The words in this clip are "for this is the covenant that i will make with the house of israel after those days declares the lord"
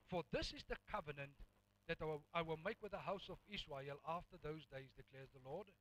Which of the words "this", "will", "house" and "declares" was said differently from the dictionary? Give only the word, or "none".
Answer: none